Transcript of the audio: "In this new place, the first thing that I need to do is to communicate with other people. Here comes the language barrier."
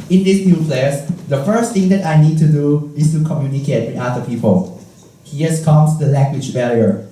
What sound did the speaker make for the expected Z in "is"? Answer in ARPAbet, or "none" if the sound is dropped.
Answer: S